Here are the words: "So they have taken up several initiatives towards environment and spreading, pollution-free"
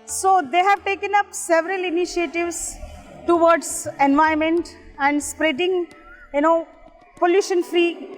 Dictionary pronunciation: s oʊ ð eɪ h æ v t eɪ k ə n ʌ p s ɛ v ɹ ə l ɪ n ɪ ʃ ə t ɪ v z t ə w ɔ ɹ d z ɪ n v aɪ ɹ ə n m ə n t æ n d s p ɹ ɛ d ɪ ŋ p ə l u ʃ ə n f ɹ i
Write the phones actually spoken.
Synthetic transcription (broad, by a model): s oʊ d eɪ h æ v t eɪ k ə n ʌ p s ɛ v ɹ ə l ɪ n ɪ ʃ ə t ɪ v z t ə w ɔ ɹ d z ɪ n v aɪ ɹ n m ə n t æ n d s p ɹ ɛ d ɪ ŋ p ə l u ʃ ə n f ɹ i